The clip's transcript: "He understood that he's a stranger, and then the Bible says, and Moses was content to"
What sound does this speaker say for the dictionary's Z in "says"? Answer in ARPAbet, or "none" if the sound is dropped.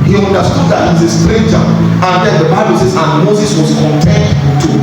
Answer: S